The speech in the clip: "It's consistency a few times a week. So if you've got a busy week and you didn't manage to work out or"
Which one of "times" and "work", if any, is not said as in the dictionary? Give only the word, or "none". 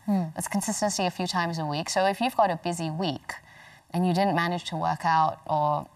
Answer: none